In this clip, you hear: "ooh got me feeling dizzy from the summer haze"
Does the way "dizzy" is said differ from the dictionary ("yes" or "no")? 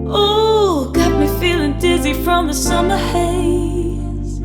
no